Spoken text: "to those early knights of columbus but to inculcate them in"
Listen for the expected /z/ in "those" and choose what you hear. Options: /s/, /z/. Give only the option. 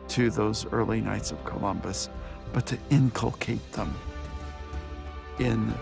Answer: /z/